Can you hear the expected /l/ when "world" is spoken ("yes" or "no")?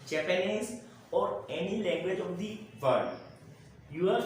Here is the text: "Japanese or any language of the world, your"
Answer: no